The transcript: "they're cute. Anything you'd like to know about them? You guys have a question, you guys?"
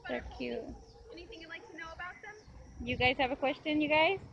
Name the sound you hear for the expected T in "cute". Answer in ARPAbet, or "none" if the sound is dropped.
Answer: none